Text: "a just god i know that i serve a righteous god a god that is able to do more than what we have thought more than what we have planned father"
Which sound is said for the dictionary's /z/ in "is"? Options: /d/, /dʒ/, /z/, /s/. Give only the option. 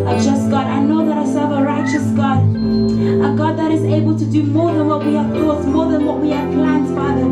/z/